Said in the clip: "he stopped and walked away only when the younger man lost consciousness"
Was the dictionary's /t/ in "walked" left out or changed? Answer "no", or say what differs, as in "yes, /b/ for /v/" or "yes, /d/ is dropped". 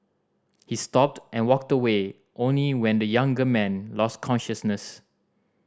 no